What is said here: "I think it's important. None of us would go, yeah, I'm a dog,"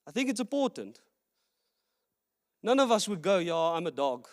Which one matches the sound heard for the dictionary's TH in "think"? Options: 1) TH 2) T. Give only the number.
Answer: 1